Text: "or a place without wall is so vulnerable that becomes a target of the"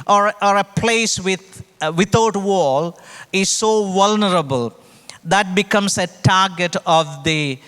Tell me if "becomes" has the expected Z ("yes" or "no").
no